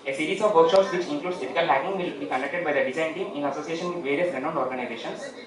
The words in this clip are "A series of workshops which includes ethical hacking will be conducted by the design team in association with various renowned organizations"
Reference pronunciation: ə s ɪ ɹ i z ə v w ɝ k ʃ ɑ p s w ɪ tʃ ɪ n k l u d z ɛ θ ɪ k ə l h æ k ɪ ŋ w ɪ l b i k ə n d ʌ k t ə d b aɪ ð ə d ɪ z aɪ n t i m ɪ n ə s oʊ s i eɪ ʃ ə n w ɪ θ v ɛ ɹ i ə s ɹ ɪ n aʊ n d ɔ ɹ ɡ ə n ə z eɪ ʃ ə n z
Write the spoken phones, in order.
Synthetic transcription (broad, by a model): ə s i ɹ i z ə v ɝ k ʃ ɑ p s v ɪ tʃ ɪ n k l u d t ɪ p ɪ k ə l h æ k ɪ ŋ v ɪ l b i k ə n d ʌ k t ə d b aɪ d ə d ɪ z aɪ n t i m ɪ n ə s oʊ s i eɪ ʃ ə n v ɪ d v ɛ ɹ i ə s ɹ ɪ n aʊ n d ɔ ɹ ɡ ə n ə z eɪ ʃ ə n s